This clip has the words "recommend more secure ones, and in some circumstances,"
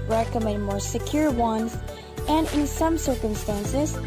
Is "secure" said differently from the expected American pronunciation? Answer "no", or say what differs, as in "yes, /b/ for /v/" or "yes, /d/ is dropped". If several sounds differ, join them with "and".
no